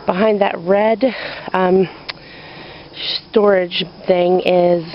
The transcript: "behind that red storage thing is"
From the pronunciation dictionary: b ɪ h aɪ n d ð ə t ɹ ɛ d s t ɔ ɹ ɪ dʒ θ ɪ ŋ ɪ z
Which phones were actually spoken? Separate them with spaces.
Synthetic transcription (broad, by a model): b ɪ h aɪ n ð ə t ɹ ɛ d s t ɔ ɹ ɪ dʒ θ ɪ ŋ ɪ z